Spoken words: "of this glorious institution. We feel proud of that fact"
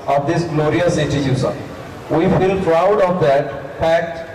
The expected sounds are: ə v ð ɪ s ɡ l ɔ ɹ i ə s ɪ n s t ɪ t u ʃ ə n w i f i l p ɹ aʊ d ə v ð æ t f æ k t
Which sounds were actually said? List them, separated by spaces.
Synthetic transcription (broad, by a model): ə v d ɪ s ɡ l ɔ ɹ i ə s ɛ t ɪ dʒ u s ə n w i f i l p ɹ aʊ d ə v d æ t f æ k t